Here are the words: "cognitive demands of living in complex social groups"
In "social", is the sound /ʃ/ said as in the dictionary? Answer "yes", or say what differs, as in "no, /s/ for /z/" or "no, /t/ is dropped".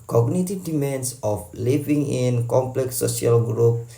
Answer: no, /ʃ/ is dropped